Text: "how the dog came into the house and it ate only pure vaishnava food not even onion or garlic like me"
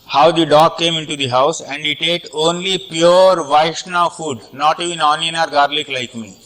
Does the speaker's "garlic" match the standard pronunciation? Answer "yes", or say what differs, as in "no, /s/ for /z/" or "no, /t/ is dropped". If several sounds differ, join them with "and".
yes